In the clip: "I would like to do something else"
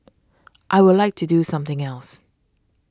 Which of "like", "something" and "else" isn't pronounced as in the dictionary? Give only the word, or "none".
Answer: none